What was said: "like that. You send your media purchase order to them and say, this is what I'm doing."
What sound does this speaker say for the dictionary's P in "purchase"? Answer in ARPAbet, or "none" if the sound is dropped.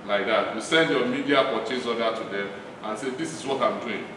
F